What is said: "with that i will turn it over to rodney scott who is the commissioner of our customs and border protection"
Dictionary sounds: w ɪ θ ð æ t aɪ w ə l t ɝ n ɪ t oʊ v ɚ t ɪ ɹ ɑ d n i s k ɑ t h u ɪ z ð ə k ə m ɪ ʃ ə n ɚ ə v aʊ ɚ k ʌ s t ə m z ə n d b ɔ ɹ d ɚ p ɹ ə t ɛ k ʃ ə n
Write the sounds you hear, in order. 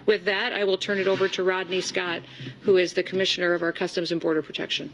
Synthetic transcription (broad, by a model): w ɪ ð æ t aɪ w ə l t ɝ n ɪ t oʊ v ɚ t ɪ ɹ ɑ d n i s k ɑ t h u ɪ z ð ə k ə m ɪ ʃ ə n ɚ ə v aʊ ɚ k ʌ s t ə m z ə n b ɔ ɹ d ɚ p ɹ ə t ɛ k ʃ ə n